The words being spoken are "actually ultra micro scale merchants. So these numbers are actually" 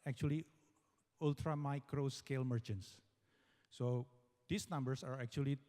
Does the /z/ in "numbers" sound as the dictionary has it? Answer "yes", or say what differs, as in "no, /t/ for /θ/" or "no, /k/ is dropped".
no, /s/ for /z/